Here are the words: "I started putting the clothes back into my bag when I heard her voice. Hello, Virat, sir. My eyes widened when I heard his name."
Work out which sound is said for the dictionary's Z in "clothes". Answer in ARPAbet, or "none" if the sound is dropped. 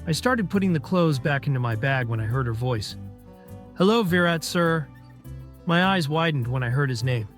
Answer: Z